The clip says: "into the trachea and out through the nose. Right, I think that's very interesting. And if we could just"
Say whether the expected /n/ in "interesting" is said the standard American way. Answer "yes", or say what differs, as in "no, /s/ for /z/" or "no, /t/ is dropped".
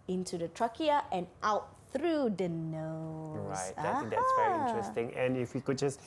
no, /n/ is dropped